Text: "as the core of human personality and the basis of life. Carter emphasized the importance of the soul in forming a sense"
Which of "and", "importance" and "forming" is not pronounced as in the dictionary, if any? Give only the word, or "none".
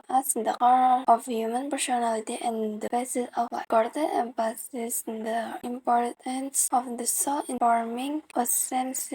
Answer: none